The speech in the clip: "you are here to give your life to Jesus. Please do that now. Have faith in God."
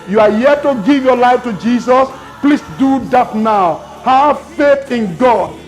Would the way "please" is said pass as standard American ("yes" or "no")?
no